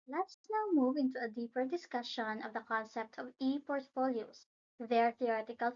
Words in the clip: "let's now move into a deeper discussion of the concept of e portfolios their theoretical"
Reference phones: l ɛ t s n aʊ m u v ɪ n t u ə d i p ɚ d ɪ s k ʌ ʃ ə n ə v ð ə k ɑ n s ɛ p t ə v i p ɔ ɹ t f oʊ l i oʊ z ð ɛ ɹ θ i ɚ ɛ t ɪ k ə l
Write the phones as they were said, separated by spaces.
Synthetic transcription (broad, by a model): l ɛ t s n aʊ m u v ɪ n t u ə d i p ɚ d ɪ s k ʌ ʃ ə n ə v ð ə k ɑ n s ɛ p t ə v i p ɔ ɹ t f oʊ l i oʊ s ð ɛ ɹ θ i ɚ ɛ t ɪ k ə l